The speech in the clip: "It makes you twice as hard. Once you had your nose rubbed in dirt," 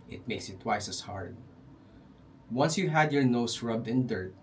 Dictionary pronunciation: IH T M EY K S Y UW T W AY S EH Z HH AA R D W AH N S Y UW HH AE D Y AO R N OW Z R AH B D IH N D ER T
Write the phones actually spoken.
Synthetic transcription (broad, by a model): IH T M EY K S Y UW T W AY S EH S HH AA R D W AH N S Y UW HH AE D Y AO R N OW S R AH B D IH N D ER T